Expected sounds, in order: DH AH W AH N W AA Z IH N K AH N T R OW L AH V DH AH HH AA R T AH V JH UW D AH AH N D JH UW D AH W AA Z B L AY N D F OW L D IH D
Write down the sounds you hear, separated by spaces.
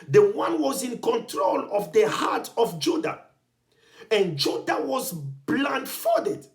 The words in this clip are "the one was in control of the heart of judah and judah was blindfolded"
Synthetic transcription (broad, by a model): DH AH W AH N W AA Z IH N K AH N T R OW L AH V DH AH HH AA T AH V JH UW D AH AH N JH UW D AH W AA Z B L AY N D F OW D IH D